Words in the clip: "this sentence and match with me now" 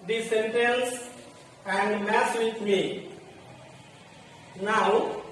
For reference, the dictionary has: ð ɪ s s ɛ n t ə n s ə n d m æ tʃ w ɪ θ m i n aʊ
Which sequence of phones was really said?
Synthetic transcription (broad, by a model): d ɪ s s ɛ n t ə n s ə n d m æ s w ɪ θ m i n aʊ